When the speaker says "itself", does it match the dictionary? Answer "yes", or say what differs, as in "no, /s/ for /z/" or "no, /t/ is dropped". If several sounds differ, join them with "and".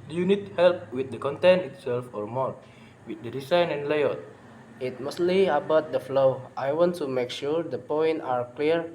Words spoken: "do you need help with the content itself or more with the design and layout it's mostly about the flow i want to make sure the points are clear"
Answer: yes